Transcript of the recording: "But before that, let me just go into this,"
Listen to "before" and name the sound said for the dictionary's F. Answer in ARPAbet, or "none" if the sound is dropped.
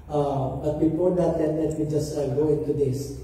P